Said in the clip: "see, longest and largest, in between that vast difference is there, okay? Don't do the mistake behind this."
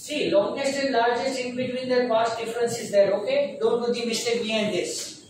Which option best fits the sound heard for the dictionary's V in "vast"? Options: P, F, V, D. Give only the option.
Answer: P